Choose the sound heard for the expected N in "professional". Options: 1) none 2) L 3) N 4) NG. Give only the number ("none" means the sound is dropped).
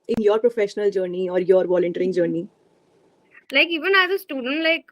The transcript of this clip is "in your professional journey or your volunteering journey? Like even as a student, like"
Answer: 3